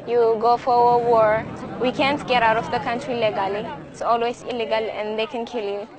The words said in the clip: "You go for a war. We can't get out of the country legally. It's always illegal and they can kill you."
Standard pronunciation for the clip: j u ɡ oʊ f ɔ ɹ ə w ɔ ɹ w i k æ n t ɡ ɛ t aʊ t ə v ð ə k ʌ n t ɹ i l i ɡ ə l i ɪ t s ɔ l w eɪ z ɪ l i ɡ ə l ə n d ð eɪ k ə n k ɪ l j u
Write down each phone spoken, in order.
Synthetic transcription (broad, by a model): j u ɡ oʊ f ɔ ɹ ə w ɔ ɹ w i k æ n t ɡ ɛ t aʊ t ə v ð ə k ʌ n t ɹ i l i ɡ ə l i ɪ t s ɔ l w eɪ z ɪ l i ɡ ə l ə n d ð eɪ k ə n k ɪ l j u